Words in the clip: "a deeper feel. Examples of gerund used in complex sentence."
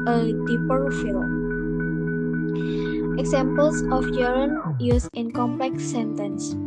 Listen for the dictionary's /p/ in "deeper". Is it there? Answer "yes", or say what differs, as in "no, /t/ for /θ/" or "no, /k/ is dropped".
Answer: yes